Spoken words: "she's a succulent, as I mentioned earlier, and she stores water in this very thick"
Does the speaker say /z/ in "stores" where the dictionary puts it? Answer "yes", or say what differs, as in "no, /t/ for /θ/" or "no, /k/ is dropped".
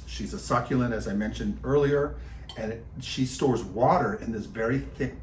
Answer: yes